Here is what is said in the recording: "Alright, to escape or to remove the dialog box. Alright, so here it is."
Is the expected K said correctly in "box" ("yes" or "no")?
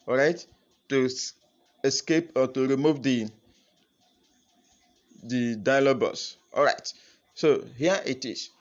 no